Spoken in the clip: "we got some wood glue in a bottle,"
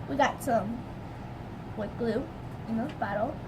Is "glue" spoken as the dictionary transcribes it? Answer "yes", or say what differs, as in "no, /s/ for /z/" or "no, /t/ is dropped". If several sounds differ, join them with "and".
yes